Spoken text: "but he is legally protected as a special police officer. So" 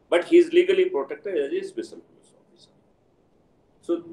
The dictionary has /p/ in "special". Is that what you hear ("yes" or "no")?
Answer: no